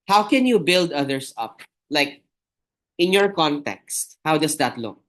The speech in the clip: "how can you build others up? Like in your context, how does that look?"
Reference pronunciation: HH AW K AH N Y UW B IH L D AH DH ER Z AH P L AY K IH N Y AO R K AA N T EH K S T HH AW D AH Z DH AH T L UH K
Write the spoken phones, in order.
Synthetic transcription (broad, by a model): HH AW K AH N Y UW B IH L D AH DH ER S AH P L AY K IH N Y AO R K AA N T EH K S T HH AW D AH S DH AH T L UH K